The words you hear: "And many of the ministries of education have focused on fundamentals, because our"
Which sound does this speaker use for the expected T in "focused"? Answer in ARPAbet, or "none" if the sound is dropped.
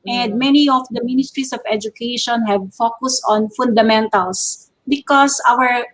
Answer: T